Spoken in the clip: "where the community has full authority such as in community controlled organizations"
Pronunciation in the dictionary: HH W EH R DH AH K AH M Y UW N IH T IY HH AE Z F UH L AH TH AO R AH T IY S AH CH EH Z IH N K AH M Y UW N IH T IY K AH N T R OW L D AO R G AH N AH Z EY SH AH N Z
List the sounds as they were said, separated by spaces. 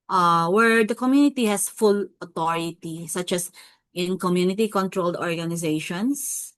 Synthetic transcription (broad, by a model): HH W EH R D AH K AH M Y UW N IH T IY HH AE S F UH L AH T AO R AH T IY S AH CH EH S IH N K AH M Y UW N IH T IY K AH N T R OW L D AO R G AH N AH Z EY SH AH N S